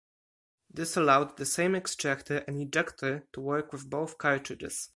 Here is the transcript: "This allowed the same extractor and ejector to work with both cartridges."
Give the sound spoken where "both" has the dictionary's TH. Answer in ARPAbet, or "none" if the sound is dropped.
TH